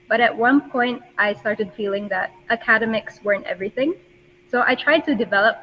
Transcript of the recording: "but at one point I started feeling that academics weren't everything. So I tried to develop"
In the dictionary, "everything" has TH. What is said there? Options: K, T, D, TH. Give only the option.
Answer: TH